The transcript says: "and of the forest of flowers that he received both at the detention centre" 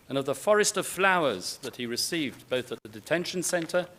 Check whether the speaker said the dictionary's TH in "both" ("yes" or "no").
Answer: yes